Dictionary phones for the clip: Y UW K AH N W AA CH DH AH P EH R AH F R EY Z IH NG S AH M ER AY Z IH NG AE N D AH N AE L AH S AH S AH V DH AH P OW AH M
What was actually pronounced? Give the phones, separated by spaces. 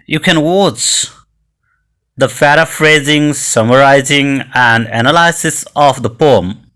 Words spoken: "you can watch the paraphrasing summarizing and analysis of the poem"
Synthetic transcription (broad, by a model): Y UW K AH N W AA CH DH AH F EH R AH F R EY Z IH NG S AH M ER AY Z IH NG AE N D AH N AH L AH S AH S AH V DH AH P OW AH M